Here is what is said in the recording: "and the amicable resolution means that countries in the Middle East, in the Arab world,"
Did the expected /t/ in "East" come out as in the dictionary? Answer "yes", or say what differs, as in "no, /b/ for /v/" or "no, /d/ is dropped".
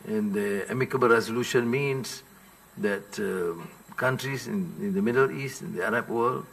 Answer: yes